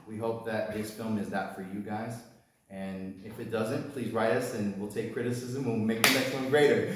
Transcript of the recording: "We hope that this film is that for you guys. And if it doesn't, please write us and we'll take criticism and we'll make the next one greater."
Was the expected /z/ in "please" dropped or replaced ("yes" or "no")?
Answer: no